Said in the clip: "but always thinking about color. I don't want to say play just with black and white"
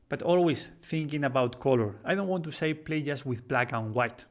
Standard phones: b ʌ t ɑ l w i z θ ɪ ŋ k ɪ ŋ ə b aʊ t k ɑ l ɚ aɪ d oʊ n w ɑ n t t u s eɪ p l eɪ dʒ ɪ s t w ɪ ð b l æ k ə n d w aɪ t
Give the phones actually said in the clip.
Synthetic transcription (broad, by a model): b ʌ t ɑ l w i s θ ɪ ŋ k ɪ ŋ ə b aʊ t k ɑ l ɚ aɪ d oʊ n w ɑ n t t u s eɪ p l eɪ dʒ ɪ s w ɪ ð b l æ k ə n w aɪ t